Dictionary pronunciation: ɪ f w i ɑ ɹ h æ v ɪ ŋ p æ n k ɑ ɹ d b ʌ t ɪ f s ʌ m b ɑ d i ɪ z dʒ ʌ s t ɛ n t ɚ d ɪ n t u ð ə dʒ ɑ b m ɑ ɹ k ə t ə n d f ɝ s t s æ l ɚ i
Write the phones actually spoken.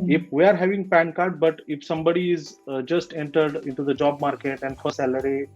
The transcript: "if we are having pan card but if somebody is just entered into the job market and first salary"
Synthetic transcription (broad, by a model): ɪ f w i ɑ ɹ h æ v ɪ ŋ p æ n k ɑ ɹ d b ʌ t ɪ f s ʌ m b ɑ d i ɪ z dʒ ʌ s t ɛ n t ɚ d ɪ n t u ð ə dʒ ɑ b m ɑ ɹ k ə t ə n d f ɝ t s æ l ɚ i